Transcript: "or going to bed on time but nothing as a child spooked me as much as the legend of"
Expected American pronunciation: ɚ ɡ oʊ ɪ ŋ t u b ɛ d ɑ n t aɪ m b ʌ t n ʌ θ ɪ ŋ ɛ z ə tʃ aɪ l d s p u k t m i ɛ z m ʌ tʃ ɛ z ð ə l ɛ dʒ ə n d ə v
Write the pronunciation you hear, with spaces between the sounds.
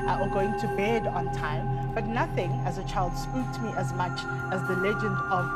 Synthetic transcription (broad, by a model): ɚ ɡ oʊ ɪ ŋ t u b ɛ d ɑ n t aɪ m b ʌ t n ʌ θ ɪ ŋ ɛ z ə tʃ aɪ l d s p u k t m i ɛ z m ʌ tʃ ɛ z ð ə l ɛ dʒ ə n d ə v